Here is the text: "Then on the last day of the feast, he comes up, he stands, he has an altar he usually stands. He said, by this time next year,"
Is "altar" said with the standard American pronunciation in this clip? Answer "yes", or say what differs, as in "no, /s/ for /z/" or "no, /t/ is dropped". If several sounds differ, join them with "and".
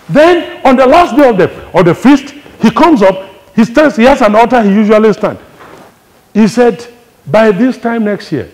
no, /l/ is dropped